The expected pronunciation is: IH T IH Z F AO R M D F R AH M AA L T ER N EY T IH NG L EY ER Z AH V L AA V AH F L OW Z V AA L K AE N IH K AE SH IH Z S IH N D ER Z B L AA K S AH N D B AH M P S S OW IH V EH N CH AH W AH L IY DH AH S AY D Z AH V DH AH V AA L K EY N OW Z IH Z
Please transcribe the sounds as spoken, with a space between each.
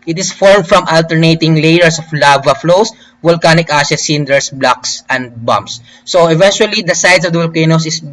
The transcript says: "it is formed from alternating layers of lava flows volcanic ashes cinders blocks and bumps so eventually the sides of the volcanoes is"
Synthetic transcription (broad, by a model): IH T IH S F AO R M D F R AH M AA L T ER N EY T IH NG L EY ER S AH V L AA V AH F L OW S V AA L K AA N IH K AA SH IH S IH N D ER S B L AA K S AH N D B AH M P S S OW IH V EH N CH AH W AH L IY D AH S AY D S AH V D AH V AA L K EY N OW S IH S